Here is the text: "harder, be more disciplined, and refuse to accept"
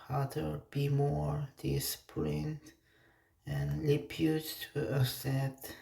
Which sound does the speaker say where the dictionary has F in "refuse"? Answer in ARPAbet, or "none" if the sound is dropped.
P